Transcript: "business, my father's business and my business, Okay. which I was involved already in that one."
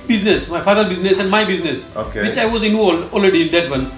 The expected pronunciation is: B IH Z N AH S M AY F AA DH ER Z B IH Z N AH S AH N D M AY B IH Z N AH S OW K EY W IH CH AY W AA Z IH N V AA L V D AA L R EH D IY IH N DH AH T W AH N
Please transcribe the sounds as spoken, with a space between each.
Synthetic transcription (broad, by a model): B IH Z N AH S M AY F AA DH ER B IH Z N AH S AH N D M AY B IH Z N AH S OW K EY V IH CH AY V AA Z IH N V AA L D AA L R EH D IY IH N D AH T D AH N